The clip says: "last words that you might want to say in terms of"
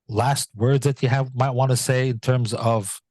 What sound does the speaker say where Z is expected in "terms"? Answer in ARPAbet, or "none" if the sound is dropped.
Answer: Z